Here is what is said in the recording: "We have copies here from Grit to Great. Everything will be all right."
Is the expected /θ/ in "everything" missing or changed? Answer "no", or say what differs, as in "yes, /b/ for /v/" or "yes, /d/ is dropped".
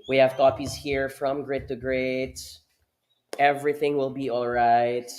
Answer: no